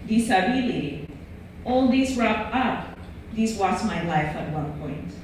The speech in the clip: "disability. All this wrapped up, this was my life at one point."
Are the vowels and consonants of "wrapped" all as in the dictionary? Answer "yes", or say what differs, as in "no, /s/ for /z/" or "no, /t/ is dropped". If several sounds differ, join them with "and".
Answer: no, /t/ is dropped